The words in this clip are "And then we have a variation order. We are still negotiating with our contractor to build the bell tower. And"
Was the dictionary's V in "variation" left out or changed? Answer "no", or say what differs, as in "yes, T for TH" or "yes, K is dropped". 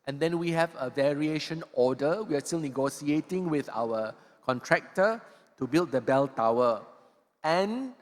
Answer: no